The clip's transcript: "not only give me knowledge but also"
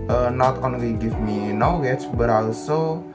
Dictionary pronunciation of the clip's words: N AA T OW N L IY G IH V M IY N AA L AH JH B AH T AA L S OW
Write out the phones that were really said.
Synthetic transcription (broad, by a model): N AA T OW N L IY G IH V M IY N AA W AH CH B AH T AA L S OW